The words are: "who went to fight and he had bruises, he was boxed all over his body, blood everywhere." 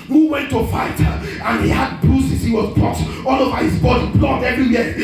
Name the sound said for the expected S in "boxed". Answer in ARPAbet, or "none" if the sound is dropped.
none